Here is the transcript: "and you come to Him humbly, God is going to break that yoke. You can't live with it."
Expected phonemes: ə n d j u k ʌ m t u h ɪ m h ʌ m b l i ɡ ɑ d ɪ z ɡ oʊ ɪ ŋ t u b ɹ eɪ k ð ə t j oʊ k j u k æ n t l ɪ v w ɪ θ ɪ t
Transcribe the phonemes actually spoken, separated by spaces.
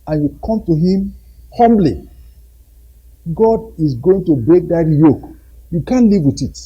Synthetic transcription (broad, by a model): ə n j u k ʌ m t u h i m h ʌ m b l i ɡ ɑ d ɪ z ɡ oʊ ɪ ŋ t u b ɹ eɪ k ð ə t j oʊ k j u k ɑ n l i v w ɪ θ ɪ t